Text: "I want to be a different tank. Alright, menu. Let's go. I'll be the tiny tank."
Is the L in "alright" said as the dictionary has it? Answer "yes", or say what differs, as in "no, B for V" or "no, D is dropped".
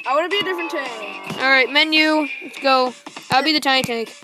yes